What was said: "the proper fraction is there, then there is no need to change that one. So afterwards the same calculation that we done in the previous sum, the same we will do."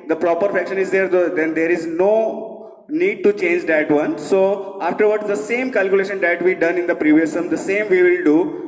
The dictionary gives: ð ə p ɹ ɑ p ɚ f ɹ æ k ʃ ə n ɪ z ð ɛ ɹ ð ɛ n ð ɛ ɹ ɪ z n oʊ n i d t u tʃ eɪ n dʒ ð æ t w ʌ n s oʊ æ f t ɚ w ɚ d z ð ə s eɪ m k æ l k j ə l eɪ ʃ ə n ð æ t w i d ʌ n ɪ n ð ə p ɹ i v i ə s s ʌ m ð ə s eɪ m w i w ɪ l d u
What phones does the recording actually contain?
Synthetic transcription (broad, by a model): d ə p ɹ ɑ p ɚ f ɛ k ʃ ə n ɪ z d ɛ ɹ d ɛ n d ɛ ɹ ɪ z n oʊ n i d t u tʃ eɪ n dʒ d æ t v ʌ n s oʊ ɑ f t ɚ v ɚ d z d ə s eɪ m k æ l k j ə l eɪ ʃ ə n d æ t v i d ʌ n ɪ n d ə p ɹ i v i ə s s ʌ m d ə s eɪ m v i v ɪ l d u